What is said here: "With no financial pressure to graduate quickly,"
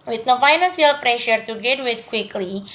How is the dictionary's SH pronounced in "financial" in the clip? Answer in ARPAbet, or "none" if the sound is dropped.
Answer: S